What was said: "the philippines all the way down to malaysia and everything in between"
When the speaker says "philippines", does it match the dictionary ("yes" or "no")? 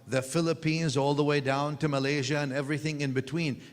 yes